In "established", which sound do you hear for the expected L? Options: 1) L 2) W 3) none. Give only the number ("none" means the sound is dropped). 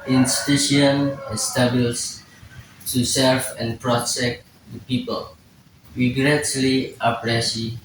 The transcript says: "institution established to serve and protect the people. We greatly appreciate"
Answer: 3